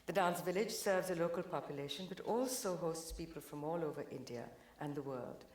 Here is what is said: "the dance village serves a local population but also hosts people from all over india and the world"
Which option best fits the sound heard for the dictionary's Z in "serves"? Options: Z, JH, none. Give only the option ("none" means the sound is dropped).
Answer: Z